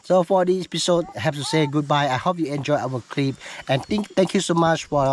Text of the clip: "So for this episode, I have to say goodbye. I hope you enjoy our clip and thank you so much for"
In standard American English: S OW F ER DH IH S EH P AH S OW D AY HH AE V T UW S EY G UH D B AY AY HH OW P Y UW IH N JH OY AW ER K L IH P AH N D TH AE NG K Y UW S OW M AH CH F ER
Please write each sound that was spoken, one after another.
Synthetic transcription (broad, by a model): S OW F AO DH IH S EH P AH S OW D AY HH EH P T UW S EY G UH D B AY AY HH OW P Y UW IH N JH OY AW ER K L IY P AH N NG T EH NG K Y UW S OW M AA CH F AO